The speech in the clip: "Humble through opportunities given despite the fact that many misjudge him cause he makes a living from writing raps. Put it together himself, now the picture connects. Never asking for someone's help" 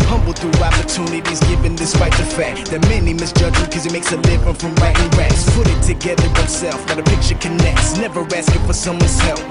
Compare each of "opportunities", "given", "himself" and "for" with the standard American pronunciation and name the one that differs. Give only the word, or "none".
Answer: himself